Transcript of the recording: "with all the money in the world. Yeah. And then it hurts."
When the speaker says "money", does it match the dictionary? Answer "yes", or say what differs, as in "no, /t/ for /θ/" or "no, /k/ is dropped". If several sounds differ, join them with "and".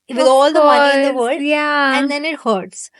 no, /n/ is dropped